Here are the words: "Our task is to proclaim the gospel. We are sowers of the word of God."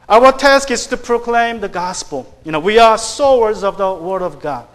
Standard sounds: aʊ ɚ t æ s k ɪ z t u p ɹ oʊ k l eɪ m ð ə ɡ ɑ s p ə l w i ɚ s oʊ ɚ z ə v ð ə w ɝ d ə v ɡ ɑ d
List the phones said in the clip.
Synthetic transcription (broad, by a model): aʊ ɚ t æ s k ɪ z t u p ɹ oʊ k l eɪ m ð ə ɡ ɑ s p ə l w i ɚ s oʊ ɚ z ə v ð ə w ɝ d ə v ɡ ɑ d